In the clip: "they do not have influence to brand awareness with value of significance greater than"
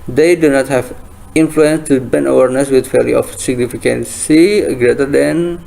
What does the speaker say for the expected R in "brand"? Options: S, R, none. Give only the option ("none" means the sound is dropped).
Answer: none